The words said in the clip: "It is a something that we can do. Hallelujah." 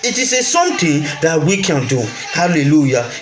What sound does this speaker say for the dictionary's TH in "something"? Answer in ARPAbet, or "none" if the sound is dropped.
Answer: T